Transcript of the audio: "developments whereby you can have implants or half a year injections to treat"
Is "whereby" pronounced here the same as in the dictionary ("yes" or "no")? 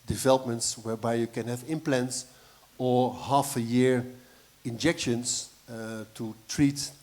yes